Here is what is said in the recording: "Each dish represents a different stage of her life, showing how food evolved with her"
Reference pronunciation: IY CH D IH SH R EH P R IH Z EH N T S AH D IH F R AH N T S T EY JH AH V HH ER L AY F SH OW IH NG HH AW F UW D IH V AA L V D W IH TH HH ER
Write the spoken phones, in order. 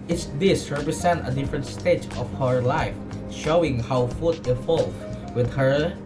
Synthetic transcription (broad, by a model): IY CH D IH S R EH P R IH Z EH N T AH D IH F R AH N T S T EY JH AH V HH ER L AY F SH OW IH NG HH AW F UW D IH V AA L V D W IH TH HH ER